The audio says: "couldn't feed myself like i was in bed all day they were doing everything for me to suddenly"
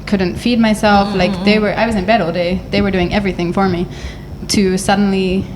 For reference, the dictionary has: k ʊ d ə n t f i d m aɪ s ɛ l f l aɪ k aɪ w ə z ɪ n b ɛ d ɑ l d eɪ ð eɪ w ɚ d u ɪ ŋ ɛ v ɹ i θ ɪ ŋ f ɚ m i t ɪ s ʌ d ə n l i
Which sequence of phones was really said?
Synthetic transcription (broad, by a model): k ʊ d n t f i d m aɪ s ɛ l f l aɪ k aɪ w ə z ɪ n b ɛ d ɑ l d eɪ ð eɪ w ɚ d u ɪ ŋ ɛ v ɹ i θ ɪ ŋ f ɚ m i t ɪ s ʌ d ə n l i